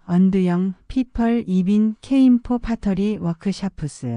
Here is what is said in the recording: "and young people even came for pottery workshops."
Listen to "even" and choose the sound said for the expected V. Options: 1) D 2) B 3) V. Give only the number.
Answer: 2